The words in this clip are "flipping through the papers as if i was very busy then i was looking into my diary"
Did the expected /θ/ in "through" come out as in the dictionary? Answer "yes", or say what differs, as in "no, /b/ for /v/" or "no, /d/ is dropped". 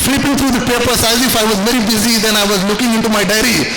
no, /t/ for /θ/